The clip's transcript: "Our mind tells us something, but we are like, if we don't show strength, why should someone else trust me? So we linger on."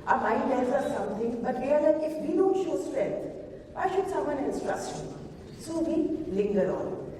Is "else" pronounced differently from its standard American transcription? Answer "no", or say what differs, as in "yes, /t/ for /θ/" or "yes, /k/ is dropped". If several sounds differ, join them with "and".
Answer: yes, /n/ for /l/